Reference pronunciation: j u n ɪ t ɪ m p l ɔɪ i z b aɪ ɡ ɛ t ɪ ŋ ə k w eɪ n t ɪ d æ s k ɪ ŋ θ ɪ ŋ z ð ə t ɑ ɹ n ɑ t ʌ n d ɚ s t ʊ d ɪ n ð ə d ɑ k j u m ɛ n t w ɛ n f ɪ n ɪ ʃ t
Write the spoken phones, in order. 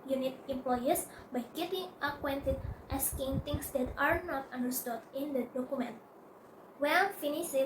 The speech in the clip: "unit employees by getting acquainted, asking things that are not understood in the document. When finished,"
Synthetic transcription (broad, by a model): j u n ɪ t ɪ m p l ɔɪ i s b aɪ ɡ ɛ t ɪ ŋ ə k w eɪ n t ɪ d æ s k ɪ ŋ t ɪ ŋ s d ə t ɑ ɹ n ɑ t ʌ n d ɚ s t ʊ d ɪ n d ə d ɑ k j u m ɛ n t w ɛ l f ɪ n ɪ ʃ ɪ